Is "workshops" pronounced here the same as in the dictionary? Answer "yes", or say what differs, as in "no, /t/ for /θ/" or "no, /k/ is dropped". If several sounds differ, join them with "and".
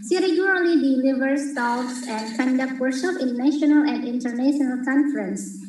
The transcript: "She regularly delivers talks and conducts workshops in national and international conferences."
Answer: no, /k/ is dropped and /s/ is dropped